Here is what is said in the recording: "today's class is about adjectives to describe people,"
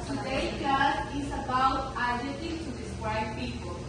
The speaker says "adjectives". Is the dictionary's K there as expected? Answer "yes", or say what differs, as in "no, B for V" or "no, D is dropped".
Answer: no, K is dropped